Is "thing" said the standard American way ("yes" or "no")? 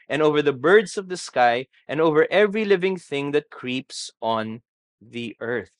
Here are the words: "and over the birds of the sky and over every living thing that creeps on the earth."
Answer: yes